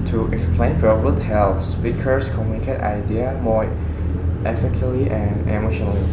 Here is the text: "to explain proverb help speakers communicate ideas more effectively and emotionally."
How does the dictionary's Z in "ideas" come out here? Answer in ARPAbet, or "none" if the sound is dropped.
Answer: none